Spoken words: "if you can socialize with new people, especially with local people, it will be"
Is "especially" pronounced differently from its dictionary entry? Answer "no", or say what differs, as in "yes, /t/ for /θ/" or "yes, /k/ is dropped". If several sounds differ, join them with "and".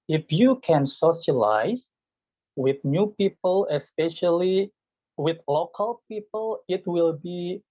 no